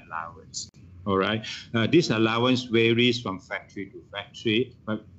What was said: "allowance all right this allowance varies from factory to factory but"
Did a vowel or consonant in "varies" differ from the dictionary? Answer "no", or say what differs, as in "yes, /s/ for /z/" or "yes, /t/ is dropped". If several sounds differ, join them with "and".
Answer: yes, /w/ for /v/ and /s/ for /z/